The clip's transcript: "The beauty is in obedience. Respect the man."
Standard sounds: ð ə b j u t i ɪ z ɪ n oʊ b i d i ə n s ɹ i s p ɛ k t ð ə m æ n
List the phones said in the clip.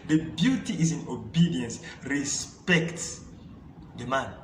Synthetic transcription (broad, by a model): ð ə b j u t i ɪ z ɪ n oʊ b i d i ə n s ɹ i s p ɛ k t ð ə m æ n